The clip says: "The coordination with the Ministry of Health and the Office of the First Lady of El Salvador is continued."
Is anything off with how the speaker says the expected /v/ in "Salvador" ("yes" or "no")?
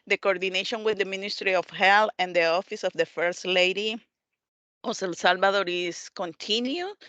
yes